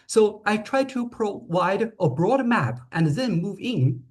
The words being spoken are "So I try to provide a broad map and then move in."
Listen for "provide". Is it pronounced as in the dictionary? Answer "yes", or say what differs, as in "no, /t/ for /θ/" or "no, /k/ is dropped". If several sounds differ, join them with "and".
no, /w/ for /v/